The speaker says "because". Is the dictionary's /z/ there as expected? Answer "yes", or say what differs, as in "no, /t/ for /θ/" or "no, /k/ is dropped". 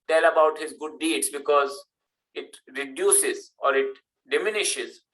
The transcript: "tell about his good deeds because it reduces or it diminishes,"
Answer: yes